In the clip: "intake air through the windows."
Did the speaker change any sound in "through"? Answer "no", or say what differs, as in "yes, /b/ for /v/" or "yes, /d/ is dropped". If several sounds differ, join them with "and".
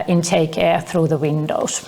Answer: no